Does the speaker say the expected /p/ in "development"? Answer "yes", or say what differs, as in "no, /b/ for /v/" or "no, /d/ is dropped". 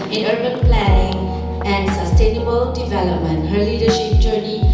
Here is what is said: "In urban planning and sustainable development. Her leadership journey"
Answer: yes